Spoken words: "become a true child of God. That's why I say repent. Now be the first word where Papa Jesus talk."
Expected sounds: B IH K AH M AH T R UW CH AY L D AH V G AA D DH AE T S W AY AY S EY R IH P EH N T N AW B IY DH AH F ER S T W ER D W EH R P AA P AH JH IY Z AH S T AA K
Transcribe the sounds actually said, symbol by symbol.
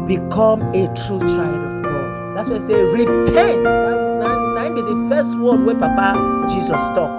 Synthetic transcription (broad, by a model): B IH K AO M AH T R UW CH AY L D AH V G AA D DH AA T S W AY AY S EY R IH P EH N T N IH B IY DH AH F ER S T W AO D W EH P AA P AH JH IY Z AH S T AA K